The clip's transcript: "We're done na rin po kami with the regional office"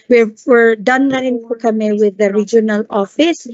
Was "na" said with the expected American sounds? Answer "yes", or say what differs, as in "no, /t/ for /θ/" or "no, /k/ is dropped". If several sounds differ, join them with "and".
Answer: no, /l/ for /n/